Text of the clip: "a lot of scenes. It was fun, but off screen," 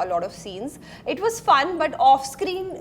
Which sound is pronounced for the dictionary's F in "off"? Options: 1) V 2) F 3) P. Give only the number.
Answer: 2